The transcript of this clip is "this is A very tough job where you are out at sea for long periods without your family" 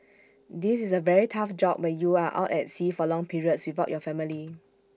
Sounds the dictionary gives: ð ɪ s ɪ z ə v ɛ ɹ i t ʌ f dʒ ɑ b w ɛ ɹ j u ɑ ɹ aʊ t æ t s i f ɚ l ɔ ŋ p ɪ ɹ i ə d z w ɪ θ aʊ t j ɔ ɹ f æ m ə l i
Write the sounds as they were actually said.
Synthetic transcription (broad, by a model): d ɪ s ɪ s ə v ɛ ɹ i t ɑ f dʒ ɑ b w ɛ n j u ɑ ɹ aʊ t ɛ t s i f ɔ l ɔ ŋ p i ɹ i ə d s w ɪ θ aʊ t j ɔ f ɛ m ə l i